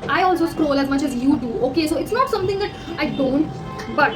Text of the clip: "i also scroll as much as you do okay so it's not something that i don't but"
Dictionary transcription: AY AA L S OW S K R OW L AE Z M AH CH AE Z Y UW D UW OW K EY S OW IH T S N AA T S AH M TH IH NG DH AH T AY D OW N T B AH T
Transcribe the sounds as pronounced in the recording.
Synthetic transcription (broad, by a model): AY AA L S OW S K R OW L AE Z M AH CH AE Z Y UW D UW OW K EY S OW IH T S N AA T S AH M T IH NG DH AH T AY D OW N T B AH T